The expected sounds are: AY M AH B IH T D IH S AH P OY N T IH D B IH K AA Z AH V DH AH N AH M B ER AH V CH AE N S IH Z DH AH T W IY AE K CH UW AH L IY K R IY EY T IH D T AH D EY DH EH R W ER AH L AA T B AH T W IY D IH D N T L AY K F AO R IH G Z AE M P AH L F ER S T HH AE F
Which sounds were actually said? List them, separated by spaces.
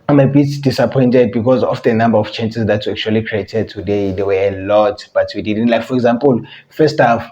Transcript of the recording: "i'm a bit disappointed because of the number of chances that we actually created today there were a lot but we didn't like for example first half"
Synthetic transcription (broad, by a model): AY M AH B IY T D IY S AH P OY N T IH D B IH K AA Z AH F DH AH N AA M B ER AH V CH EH N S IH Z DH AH T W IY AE K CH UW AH L IY K R IY EY T IH D T AH D EY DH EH W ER AH L AA T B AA T W IY D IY D N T L AY K F AO R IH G Z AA M P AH L F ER S T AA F